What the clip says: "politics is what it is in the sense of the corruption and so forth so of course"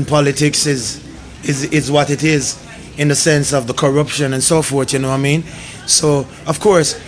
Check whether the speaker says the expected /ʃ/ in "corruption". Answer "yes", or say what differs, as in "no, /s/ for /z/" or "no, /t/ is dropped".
yes